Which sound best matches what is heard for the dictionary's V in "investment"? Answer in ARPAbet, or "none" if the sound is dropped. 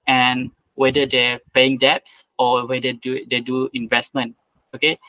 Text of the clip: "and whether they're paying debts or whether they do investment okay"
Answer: V